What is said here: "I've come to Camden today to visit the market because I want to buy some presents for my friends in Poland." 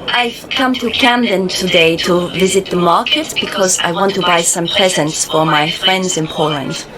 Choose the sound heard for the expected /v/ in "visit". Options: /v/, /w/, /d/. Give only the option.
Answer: /v/